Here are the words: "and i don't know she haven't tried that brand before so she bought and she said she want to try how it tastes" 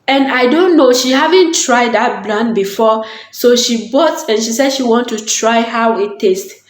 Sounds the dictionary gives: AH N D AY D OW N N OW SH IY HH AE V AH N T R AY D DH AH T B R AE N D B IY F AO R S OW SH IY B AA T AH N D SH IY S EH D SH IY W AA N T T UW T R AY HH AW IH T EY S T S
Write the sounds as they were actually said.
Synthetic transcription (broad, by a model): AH N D AY D OW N N OW SH IY HH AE V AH N T R AY D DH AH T B L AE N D B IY F AO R S OW SH IY B AA T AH N SH IY S EH D SH IY W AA N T T UW T R AY HH AW IH T EY S T